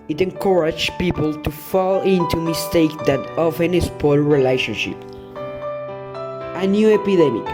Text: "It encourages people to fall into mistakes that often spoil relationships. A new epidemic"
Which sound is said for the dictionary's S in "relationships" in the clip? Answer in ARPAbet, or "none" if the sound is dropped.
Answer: none